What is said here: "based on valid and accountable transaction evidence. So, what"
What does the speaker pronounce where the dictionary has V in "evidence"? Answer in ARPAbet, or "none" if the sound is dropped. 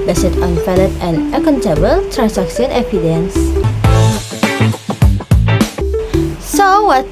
P